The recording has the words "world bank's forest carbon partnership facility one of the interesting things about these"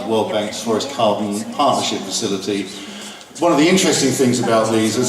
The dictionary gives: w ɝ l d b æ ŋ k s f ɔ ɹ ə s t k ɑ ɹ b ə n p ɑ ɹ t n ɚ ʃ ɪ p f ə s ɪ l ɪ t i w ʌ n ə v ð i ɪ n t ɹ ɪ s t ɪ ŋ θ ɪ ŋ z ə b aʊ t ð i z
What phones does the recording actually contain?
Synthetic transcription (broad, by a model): w ɝ l d b æ ŋ k s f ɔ ɹ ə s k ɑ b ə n p ɑ ɹ t n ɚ ʃ ɪ p f ə s ɪ l ɪ t i w ʌ n ə v ð i ɪ n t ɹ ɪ s t ɪ ŋ θ ɪ ŋ z ə b aʊ t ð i z